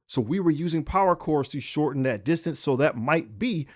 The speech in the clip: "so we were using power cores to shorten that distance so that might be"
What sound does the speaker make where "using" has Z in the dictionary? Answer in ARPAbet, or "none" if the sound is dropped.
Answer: Z